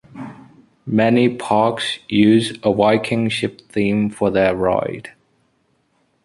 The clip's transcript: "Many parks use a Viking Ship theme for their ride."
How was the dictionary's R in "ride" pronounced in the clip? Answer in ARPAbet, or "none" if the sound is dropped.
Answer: R